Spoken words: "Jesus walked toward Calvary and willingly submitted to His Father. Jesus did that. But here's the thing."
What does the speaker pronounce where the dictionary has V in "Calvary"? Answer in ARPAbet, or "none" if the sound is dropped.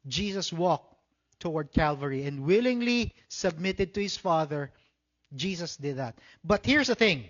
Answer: V